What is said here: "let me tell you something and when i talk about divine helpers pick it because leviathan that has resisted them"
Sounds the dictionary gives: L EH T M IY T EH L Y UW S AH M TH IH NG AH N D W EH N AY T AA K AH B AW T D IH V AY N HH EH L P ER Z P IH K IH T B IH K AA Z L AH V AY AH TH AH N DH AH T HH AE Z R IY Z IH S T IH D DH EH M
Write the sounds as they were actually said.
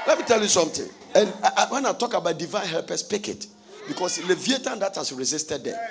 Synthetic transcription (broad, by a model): L EH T M IY T EH L Y UW S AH M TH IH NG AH N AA W EH N AY T AA K AH B AW T D IH V AY N HH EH L P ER S P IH K IH T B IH K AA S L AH V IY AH T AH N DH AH T HH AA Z R IY Z IH S T IH D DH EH